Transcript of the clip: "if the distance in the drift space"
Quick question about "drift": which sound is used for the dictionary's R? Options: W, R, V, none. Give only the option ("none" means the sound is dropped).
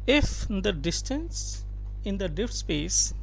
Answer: none